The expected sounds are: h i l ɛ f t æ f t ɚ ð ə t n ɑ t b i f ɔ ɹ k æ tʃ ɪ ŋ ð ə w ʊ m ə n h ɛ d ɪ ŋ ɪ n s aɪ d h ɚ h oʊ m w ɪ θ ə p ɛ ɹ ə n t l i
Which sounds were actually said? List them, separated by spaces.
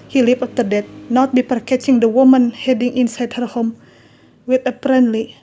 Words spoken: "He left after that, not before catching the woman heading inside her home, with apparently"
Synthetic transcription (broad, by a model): h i l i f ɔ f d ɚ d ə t n ɑ t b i p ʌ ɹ k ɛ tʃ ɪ ŋ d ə w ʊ m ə n h ɛ d ɪ ŋ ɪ n s aɪ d h ɚ h oʊ m w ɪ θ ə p ɹ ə n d l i